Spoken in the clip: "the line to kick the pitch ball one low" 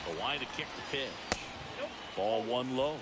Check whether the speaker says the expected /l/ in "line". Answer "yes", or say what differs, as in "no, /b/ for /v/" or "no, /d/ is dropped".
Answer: no, /w/ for /l/